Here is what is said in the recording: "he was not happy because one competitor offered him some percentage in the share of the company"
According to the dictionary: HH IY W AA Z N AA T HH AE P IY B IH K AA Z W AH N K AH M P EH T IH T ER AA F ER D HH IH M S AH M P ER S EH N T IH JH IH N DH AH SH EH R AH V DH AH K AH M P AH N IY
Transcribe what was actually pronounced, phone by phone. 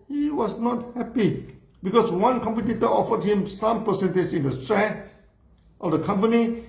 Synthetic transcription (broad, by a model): HH IY W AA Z N AA T HH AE P IY B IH K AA S W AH N K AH M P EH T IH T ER AA F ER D HH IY M S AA M P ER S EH N T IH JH IH N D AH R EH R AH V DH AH K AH M P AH N IY